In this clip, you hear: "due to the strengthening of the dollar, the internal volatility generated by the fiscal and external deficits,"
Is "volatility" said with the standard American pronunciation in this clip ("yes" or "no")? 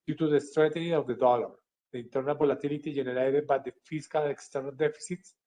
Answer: no